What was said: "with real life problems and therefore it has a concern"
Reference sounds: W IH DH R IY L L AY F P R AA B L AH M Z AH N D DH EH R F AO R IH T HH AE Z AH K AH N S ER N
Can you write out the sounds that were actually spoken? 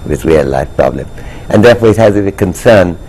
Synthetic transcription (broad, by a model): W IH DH R IY L L AY F P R AA B L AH M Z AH N DH EH R F AO R IH T HH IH Z AH K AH N S ER N